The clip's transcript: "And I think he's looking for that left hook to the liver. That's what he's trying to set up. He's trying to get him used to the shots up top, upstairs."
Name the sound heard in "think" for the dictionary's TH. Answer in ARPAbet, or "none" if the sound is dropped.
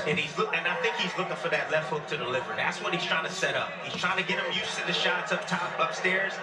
TH